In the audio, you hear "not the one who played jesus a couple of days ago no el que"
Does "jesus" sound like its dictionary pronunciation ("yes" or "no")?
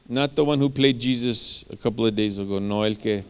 yes